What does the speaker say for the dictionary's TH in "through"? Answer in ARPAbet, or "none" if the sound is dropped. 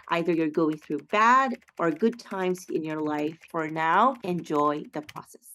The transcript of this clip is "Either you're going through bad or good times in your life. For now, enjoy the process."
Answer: TH